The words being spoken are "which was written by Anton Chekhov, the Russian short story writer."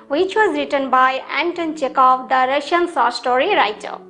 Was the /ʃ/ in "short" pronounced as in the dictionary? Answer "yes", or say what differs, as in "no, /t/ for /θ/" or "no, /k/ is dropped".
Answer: no, /s/ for /ʃ/